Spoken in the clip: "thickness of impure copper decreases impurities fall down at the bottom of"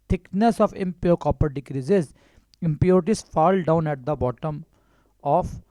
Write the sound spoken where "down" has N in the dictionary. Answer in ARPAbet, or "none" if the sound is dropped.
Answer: N